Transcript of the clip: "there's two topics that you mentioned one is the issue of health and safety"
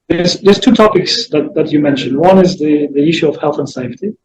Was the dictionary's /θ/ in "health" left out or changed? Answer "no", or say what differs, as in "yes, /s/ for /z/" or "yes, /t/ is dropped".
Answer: no